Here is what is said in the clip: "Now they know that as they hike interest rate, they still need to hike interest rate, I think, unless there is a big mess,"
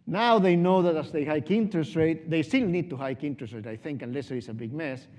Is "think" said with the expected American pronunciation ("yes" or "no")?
yes